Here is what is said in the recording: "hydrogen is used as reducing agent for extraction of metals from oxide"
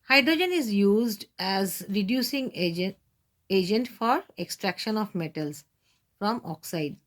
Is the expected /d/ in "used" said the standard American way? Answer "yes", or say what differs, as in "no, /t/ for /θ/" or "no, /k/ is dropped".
yes